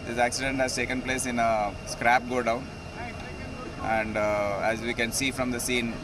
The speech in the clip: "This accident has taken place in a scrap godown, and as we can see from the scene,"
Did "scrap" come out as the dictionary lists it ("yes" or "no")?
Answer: yes